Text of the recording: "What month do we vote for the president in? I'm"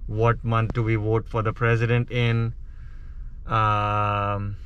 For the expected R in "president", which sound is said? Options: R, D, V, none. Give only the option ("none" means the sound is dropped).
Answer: R